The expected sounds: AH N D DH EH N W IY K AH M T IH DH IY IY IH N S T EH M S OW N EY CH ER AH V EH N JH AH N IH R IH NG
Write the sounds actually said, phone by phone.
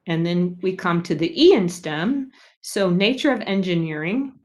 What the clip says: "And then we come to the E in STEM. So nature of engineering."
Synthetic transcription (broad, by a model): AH N DH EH N W IY K AH M T IH DH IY IY IH N S T EH M S OW N EY CH ER AH V EH N JH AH N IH R IH NG